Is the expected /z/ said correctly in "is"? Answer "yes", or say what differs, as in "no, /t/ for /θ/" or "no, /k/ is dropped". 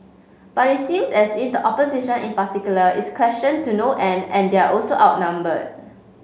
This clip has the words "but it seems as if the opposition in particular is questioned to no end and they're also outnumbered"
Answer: no, /s/ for /z/